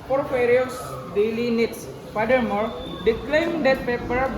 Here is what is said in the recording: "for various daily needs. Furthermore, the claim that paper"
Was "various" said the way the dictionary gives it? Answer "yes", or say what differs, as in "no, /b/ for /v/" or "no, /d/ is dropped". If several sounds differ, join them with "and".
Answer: no, /f/ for /v/